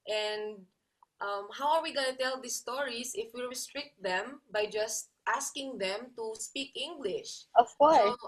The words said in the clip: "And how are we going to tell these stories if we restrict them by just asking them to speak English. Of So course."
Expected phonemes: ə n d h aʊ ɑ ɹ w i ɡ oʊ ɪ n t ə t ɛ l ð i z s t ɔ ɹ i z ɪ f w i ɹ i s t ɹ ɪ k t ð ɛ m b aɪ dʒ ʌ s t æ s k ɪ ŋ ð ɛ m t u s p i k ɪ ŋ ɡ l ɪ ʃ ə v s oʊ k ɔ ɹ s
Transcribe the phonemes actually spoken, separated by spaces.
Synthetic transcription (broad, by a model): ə n d h aʊ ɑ ɹ w i ɡ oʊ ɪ n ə t ɛ l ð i s t ɔ ɹ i s ɪ f w i ɹ i s t ɹ ɪ k t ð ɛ m b aɪ dʒ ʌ s t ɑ s k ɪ ŋ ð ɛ m t u s p i k ɪ ŋ ɡ l ɪ ʃ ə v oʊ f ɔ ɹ